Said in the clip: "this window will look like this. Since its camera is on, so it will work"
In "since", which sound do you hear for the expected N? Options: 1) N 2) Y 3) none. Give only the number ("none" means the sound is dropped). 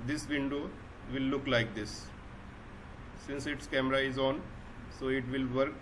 1